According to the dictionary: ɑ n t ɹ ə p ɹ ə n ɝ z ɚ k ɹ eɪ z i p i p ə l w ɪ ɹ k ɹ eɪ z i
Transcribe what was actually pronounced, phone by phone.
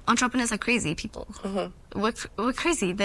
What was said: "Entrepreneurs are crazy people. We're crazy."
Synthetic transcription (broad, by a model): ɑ n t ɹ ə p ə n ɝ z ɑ k ɹ eɪ z i p i p ə l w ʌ w k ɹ eɪ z i